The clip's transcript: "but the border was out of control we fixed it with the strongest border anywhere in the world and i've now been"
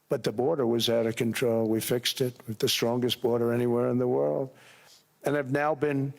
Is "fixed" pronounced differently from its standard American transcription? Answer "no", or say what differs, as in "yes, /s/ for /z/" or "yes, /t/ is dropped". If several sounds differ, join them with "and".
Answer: no